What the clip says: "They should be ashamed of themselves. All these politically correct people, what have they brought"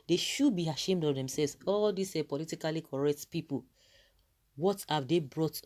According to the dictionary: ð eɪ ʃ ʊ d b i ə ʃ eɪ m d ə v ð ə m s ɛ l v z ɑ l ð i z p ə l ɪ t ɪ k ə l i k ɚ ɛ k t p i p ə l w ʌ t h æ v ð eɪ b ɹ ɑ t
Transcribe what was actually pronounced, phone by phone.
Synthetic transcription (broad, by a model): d eɪ ʃ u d b i ə ʃ eɪ m d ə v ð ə m s ɛ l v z ɑ l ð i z p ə l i t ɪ k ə l i k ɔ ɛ k t p i p ə l w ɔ t h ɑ v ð eɪ b ɹ ɑ t